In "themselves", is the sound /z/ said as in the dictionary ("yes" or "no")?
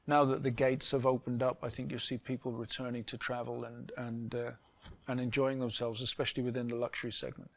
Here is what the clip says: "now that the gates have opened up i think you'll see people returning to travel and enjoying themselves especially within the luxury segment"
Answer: yes